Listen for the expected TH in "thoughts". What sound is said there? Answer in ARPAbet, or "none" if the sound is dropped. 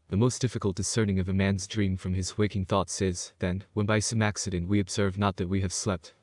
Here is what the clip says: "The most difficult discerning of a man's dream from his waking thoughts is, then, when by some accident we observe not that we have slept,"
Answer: TH